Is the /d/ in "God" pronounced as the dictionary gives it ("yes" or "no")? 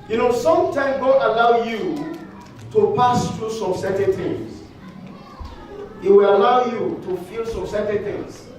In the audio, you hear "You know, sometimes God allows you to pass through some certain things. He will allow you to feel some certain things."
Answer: no